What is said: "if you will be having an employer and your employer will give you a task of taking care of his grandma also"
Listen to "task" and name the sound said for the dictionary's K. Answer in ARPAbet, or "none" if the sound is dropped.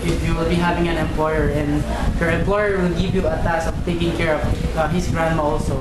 none